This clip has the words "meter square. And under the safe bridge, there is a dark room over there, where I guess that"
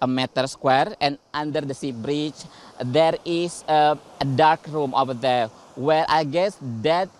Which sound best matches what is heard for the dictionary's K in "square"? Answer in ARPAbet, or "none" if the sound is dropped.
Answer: K